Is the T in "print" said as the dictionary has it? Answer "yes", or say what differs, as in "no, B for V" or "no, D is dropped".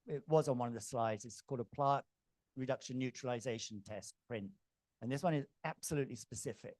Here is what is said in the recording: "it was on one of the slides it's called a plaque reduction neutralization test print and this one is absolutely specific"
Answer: yes